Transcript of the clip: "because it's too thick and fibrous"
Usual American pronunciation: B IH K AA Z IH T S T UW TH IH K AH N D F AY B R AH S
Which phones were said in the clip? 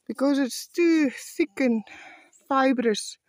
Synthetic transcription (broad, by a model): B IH K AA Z IH T S T UW S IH K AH N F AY B R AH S